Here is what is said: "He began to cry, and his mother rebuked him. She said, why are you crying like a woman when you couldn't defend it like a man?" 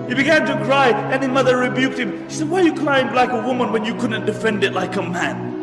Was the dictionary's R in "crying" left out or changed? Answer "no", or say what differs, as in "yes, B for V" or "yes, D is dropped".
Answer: yes, L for R